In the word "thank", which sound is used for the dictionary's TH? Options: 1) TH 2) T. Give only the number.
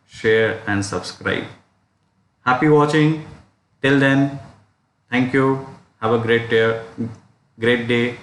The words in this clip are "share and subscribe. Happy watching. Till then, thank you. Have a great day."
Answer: 2